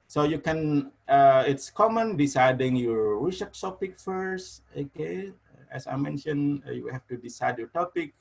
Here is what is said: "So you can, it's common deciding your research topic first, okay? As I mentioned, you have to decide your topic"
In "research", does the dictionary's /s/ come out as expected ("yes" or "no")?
no